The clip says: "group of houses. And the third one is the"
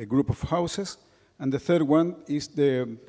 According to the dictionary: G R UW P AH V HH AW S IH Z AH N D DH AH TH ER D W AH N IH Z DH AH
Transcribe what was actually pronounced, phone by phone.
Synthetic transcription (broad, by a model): G R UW P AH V HH AW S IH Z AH N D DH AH TH ER D W AH N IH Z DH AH